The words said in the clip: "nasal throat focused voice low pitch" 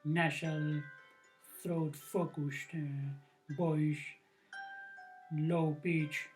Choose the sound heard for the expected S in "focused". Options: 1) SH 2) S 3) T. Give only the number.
1